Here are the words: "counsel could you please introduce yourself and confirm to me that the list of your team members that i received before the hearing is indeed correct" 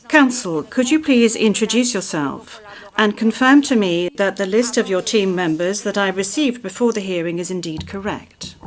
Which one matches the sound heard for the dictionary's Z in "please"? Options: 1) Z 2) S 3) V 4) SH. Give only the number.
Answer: 1